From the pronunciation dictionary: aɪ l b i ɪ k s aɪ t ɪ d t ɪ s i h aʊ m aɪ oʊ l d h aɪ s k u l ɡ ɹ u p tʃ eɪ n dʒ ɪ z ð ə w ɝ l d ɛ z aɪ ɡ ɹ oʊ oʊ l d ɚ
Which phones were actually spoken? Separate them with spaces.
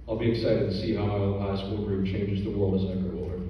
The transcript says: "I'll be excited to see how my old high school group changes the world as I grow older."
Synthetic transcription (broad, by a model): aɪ l b i ɪ k s aɪ t ɪ d t ɪ s i h aʊ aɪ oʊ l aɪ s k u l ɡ ɹ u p tʃ eɪ n dʒ ɪ z ð ə w ɝ l d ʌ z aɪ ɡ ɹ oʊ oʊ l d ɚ